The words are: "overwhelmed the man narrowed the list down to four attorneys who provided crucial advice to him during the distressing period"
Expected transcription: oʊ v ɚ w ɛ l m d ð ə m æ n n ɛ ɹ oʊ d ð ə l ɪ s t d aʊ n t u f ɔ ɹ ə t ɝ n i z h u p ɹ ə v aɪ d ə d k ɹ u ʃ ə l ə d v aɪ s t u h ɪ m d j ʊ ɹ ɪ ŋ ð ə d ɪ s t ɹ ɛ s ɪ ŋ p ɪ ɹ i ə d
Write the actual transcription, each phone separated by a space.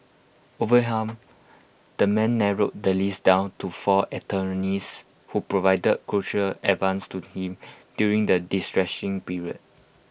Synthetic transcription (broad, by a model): oʊ v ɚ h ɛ m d ə m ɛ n n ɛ ɹ oʊ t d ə l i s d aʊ n t u f ɔ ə t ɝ n i s h u p ɹ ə v aɪ d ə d k ɹ u ʃ ə l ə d v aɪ s t u h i m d j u ɹ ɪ ŋ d ə d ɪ s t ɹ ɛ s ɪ ŋ p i ɹ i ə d